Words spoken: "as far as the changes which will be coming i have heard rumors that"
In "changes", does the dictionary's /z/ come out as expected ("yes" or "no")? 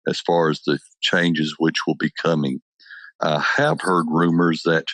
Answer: yes